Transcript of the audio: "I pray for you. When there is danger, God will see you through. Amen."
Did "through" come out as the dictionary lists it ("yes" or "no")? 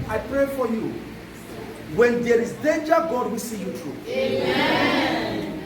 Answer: no